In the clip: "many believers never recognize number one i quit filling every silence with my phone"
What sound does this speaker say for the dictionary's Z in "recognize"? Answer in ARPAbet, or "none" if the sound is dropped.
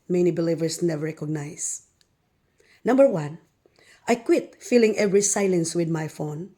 S